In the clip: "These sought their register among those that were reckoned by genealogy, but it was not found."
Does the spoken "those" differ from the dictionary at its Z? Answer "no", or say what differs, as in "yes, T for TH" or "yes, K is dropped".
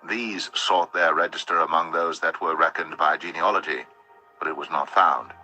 no